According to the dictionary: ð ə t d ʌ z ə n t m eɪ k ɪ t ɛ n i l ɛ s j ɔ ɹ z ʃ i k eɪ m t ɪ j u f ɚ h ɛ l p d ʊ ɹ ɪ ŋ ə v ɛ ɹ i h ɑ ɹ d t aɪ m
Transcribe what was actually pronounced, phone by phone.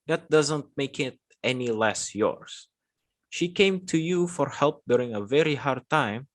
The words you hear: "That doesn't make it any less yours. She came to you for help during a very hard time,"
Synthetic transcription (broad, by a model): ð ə t d ʌ z ə n t m eɪ k ɪ t ɛ n i l ɛ s j ɔ ɹ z ʃ i k eɪ m t ɪ j u f ɚ h ɛ l p d ʊ ɹ ɪ ŋ ə v ɛ ɹ i h ɑ ɹ d t aɪ m